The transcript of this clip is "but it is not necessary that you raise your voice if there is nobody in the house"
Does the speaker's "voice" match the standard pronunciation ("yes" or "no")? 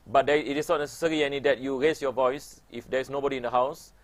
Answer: yes